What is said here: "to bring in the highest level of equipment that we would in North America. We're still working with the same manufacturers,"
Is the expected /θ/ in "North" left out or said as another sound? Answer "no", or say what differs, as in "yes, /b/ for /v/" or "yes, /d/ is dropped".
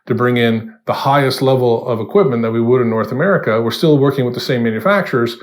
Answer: no